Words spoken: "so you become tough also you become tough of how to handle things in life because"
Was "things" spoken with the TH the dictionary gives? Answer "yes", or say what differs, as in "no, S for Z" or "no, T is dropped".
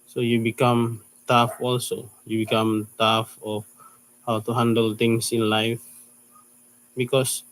no, T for TH